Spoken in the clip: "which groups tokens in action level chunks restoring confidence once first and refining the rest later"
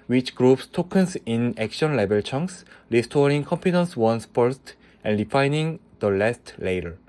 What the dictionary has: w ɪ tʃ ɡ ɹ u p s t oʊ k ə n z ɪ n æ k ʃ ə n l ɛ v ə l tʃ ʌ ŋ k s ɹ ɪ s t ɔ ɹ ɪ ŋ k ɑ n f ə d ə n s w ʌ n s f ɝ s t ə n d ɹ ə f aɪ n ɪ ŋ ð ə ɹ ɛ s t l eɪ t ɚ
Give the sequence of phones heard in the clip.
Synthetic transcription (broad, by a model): w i tʃ ɡ ɹ u p s t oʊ k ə n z ɪ n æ k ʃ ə n l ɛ b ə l tʃ ʌ ŋ k s ɹ ɪ s t ɔ ɹ ɪ ŋ k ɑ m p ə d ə n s w ʌ n s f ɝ s t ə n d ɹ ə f aɪ n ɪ ŋ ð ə l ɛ s t l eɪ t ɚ